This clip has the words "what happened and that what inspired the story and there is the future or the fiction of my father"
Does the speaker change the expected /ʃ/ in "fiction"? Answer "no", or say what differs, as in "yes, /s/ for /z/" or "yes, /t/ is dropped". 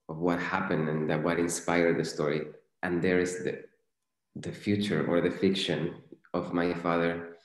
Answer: no